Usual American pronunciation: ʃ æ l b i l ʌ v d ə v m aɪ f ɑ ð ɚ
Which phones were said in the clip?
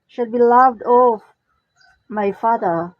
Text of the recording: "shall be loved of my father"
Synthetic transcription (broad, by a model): ʃ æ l b i l ʌ v d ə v m aɪ f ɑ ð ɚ